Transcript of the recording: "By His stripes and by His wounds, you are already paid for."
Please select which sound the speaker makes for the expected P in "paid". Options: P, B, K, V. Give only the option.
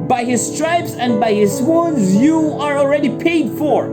P